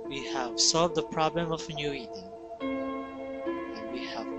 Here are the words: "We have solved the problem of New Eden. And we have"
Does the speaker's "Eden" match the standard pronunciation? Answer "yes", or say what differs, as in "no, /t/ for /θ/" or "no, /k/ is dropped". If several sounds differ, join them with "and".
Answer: no, /n/ is dropped